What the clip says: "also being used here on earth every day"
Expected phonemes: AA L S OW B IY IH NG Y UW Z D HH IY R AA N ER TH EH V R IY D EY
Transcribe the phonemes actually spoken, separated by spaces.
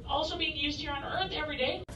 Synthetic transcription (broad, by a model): AA L S OW B IY IH NG Y UW Z D HH IY R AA N ER TH EH V R IY D EY